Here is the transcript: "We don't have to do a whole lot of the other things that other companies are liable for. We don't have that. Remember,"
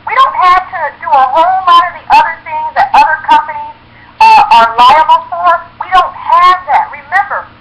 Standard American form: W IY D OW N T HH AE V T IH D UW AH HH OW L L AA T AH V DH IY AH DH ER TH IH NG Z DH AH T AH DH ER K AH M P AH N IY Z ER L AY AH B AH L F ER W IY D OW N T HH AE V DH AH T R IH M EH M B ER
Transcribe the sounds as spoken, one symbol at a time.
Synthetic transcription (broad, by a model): W IY D OW N T HH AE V T IH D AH AH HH OW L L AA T AH V DH IY AH DH ER TH IH NG Z DH AH T AH DH ER K AH M P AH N IY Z ER L AY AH B L F ER W IY D OW N T HH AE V DH AH T R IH M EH M B ER